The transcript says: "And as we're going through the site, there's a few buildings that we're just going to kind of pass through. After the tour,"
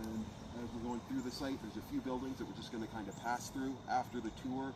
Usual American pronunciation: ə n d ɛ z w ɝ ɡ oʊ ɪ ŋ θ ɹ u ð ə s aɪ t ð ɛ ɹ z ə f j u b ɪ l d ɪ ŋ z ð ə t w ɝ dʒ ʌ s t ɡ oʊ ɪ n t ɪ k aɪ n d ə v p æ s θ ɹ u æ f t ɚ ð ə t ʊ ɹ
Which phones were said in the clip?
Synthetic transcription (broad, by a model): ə n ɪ z w ɝ ɡ oʊ ɪ ŋ θ ɹ u ð ə s aɪ t ð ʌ ɹ z ə f j u b ɪ l d ɪ ŋ z ð ə t w ɝ dʒ ʌ s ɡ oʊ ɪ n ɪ k aɪ n d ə p æ s θ ɹ u æ f t ɚ ð ə t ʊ ɹ